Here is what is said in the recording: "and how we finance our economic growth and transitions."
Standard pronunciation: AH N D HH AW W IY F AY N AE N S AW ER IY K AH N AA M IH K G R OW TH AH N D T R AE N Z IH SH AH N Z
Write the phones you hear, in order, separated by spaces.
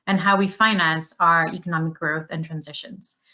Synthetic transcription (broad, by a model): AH N HH AW W IY F AY N AE N S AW ER IY K AH N AA M IH K G R OW TH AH N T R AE N Z IH SH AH N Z